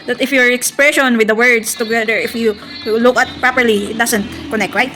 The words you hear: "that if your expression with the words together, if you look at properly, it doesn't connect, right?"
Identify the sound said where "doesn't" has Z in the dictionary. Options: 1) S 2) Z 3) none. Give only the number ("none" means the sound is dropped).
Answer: 1